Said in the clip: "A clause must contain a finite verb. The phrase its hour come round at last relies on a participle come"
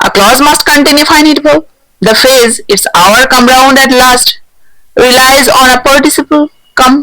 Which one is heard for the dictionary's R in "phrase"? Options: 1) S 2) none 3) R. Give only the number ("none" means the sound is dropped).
2